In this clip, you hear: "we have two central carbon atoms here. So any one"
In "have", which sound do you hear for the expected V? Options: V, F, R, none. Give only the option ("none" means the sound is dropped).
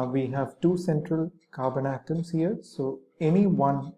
V